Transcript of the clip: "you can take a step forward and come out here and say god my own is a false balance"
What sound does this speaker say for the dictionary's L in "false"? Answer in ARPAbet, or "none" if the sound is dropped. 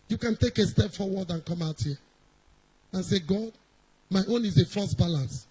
none